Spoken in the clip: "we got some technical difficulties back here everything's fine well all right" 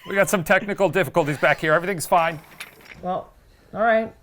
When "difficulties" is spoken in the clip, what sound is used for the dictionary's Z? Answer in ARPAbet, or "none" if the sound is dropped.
Z